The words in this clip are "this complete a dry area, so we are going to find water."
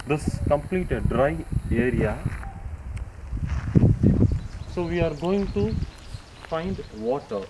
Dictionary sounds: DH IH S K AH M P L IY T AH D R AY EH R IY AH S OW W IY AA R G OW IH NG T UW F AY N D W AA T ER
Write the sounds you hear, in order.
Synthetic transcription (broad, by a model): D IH S K AH M P L IY T AH D R AY EH R IY AH S OW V IY AA R G OW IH NG T UW F AY N D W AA T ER